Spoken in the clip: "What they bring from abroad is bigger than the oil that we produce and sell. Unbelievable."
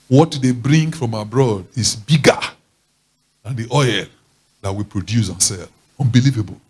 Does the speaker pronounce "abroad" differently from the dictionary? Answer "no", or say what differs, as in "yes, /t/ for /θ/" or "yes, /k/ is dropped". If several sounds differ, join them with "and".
no